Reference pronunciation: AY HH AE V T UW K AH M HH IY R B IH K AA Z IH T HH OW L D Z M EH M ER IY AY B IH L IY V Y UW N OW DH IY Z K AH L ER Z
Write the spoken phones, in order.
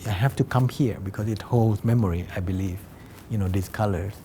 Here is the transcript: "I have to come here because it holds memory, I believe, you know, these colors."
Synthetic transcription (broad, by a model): AY HH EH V T UW K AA M HH IY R B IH K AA S IH T HH OW L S M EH M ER IY AY B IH L IY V Y UW N OW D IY S K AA L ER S